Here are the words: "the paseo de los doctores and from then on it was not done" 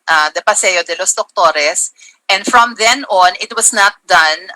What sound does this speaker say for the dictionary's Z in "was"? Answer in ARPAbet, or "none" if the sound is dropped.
S